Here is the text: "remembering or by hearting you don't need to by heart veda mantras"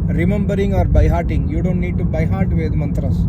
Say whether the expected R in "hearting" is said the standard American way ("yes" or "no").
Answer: yes